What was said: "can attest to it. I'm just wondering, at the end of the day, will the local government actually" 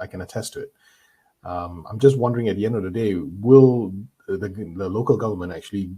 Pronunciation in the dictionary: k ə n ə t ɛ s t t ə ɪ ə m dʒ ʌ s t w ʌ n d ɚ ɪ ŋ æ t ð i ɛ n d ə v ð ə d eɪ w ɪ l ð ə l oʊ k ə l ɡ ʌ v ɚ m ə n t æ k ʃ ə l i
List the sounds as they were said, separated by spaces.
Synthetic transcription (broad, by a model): k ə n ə t ɛ s t t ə ɪ ə m dʒ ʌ s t w ʌ n d ɚ ɪ ŋ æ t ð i ɛ n d ə v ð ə d eɪ w ɪ l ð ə l oʊ k ə l ɡ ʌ v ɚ m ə n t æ k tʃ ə l i